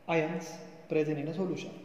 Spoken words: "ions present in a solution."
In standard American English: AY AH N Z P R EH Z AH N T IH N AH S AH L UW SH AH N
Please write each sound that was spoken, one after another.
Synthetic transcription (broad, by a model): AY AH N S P R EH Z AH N IH N AH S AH L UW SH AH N